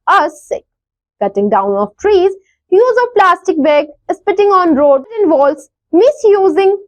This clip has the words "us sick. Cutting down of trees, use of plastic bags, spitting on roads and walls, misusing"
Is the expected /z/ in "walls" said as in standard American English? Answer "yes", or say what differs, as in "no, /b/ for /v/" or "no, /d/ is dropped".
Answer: no, /s/ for /z/